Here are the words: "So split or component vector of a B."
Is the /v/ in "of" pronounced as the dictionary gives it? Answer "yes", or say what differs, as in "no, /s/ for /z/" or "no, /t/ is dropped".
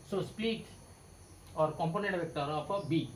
no, /p/ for /v/